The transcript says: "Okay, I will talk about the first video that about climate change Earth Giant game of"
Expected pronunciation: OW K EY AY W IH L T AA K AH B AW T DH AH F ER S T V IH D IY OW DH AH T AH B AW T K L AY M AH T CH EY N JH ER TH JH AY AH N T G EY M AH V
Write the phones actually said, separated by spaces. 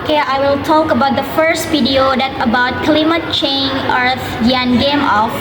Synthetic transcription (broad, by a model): K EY AY W IH L T AA K AH B AW T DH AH F ER S T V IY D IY OW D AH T AH B AW T K L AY M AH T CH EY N ER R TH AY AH N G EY M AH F